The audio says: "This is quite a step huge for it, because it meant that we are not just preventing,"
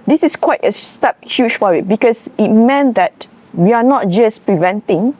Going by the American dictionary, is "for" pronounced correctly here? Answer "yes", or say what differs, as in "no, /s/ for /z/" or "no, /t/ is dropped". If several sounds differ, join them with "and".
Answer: no, /w/ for /ɹ/